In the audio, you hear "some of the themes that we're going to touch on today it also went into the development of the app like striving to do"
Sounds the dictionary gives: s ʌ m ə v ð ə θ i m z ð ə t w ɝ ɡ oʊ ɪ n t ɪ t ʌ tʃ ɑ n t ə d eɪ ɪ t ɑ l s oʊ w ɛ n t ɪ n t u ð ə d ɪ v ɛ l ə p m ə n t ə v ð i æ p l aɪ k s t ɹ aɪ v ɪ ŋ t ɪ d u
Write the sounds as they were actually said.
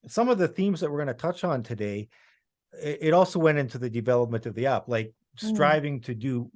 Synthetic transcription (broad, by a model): s ʌ m ə v ð ə θ i m z ð ə t w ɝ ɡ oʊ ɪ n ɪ t ʌ tʃ n t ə d eɪ ɪ t ɑ l s oʊ w ɛ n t ɪ n t u ð ə d ɪ v ɛ l ə p m ə n t ə v ð i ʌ p l aɪ k s t ɹ aɪ v ɪ ŋ t ɪ d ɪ